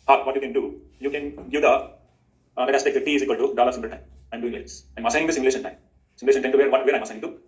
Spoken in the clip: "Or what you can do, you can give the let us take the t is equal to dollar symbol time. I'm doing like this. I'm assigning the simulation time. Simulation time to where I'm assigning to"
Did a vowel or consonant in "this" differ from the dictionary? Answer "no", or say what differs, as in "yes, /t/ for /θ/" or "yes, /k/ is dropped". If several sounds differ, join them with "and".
yes, /s/ is dropped